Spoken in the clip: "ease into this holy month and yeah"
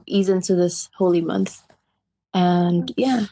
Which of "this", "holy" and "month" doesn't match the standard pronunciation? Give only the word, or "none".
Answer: none